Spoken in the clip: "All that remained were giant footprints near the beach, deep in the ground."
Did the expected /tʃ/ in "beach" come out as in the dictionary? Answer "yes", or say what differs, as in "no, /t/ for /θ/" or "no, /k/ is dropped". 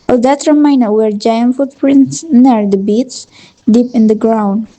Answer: no, /s/ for /tʃ/